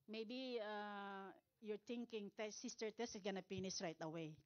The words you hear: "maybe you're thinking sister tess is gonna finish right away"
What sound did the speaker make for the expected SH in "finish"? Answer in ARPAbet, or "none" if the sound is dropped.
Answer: S